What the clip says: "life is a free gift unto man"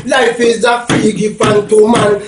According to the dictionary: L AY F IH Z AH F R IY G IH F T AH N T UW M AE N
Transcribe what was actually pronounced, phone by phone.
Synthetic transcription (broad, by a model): L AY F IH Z AH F IY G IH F AA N T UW M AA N